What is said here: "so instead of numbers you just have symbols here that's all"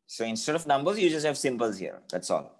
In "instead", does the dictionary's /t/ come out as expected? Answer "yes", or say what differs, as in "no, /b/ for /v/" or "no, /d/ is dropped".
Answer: yes